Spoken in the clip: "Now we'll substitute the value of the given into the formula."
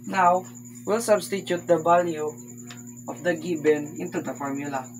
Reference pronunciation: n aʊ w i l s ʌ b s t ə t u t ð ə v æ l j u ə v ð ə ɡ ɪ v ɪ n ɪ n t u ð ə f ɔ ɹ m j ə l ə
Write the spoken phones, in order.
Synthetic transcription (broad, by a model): n aʊ w i l s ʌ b s t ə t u t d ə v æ l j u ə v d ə ɡ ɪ b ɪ n ɪ n t u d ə f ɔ ɹ m j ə l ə